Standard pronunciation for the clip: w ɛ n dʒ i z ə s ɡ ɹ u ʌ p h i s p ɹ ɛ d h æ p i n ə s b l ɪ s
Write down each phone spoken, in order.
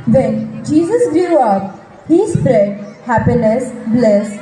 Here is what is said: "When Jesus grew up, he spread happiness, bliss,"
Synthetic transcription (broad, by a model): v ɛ n dʒ i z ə s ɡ u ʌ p h i s p ɹ ɛ d h æ p i n ə s b l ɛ s